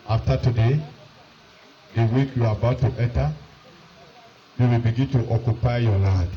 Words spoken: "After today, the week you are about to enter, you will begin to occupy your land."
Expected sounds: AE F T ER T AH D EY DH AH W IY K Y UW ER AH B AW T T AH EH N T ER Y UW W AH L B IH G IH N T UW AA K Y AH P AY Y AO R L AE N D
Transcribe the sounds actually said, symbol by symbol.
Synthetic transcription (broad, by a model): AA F T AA T AH D EY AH W IY K Y UW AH B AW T T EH T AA Y UW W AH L B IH G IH N T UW AA K Y AH P AY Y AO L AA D